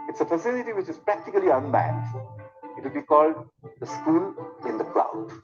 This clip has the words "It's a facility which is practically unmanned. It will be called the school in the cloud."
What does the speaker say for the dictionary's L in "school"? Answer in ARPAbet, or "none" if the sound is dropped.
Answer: N